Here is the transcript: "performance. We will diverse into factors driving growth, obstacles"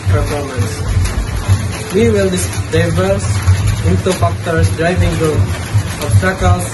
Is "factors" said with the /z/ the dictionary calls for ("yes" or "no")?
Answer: no